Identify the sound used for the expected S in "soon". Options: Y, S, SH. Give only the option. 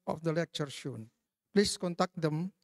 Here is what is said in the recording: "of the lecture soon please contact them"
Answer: SH